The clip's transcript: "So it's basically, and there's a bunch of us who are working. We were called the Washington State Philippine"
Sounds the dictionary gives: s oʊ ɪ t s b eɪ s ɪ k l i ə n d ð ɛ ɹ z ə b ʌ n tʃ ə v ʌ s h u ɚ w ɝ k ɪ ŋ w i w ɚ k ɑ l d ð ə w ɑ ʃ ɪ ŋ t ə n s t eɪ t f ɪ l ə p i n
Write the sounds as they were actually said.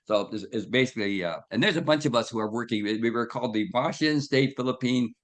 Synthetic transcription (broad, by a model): s oʊ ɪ s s b eɪ s ɪ k l i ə n ð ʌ ɹ z ə b ʌ n tʃ ə v ʌ s h u ɚ w ɝ k ɪ ŋ w i w ɚ k ɑ l d ð ə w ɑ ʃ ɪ n s t eɪ t f ɪ l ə p i n